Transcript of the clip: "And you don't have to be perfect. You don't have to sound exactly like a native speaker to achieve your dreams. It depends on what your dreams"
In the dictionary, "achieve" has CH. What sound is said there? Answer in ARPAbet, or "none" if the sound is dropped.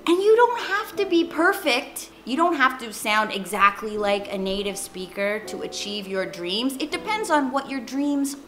CH